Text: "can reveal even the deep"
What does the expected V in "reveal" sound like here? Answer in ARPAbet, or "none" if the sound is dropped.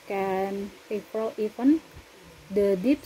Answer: F